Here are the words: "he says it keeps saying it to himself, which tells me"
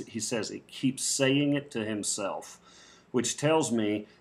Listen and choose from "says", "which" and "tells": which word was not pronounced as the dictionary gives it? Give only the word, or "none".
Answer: none